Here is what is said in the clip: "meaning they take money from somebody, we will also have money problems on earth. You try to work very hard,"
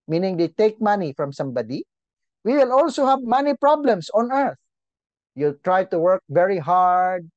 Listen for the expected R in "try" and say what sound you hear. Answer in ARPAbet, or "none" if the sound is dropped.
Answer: R